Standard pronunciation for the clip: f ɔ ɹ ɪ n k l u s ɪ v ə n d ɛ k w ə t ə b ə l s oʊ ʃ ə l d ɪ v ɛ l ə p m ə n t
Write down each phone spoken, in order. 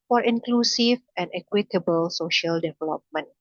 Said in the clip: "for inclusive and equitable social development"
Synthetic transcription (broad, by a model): f ɔ ɹ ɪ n k l u s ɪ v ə n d ɛ k w ə t ə b ə l s oʊ ʃ ə l d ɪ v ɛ l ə p m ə n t